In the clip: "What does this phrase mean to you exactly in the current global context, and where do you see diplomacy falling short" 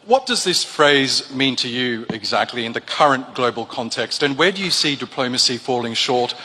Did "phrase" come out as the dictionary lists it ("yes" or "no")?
yes